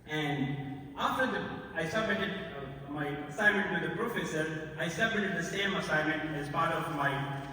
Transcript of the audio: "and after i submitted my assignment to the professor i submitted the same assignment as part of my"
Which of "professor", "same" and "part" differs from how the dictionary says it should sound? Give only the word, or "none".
part